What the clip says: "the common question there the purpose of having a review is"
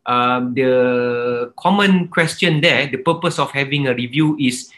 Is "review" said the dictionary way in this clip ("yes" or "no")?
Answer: yes